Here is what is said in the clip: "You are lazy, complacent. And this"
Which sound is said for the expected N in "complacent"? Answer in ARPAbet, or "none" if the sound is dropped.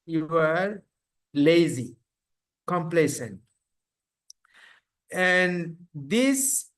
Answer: N